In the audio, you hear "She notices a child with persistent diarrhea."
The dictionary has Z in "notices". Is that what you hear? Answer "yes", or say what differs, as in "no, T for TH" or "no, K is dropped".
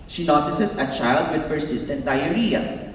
no, S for Z